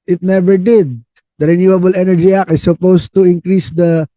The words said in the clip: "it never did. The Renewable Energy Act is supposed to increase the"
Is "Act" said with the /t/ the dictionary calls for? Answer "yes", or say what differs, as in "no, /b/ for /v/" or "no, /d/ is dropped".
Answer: no, /t/ is dropped